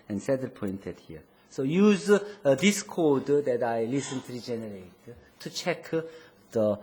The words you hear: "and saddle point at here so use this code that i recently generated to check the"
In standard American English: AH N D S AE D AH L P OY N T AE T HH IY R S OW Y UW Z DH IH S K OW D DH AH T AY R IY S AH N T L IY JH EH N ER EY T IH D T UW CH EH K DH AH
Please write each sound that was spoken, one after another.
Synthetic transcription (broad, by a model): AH N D S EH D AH P OY N T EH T HH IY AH S OW Y UW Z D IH S K OW D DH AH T AY L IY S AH N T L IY JH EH N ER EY T T UW CH EH K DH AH